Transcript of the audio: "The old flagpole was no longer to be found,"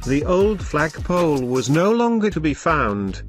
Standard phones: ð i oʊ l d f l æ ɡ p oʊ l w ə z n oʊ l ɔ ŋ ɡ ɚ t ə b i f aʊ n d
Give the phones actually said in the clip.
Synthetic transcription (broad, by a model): ð i oʊ l d f l æ ɡ p oʊ l w ə z n oʊ l ɔ ŋ ɡ ɚ t ə b i f aʊ n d